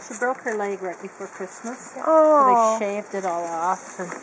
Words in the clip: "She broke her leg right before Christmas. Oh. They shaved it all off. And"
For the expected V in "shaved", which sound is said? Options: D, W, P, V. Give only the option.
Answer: V